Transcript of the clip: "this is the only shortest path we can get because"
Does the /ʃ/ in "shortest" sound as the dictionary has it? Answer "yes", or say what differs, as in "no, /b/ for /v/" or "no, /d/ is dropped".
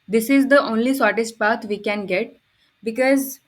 no, /s/ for /ʃ/